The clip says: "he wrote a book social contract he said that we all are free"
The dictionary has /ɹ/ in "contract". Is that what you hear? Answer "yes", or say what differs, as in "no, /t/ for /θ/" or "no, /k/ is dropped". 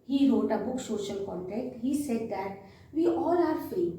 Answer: no, /ɹ/ is dropped